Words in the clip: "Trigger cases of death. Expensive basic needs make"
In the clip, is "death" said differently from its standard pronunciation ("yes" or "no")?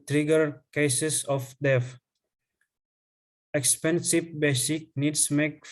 yes